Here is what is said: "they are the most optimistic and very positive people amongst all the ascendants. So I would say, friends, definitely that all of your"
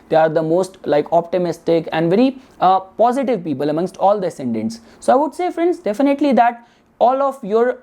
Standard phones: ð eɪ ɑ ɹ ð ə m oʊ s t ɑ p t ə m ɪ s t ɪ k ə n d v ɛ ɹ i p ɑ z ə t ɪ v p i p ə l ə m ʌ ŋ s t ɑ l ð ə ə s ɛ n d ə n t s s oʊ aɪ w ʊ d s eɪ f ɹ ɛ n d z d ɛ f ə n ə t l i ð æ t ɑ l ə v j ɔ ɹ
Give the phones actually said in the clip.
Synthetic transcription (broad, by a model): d eɪ ɑ ɹ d ə m oʊ s t ɑ p t ə m ɪ s t ɪ k ə n d v ɛ ɹ i p ɑ z ə t ɪ v p i p ə l ə m ʌ ŋ s t ɑ l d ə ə s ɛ n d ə n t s s oʊ aɪ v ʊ d s eɪ f ɹ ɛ n d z d ɛ f ə n ə t l i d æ t ɑ l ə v j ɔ ɹ